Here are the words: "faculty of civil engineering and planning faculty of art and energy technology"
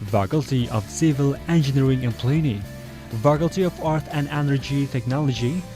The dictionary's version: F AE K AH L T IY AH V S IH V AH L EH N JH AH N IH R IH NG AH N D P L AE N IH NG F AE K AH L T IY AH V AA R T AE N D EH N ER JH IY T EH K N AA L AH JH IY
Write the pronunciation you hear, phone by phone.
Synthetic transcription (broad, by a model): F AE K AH L T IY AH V S IH V AH L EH N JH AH N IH R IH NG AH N P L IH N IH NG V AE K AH L T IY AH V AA R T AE N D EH N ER JH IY T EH K N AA L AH JH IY